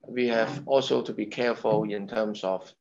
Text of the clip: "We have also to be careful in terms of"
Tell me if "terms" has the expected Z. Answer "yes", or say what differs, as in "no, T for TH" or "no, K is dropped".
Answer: no, S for Z